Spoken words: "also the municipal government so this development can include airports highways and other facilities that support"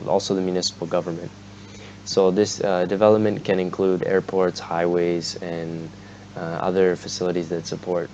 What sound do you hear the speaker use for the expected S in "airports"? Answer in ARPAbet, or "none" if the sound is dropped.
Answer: S